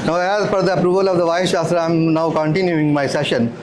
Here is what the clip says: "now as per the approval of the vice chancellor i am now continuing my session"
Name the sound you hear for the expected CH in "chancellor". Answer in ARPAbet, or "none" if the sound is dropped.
SH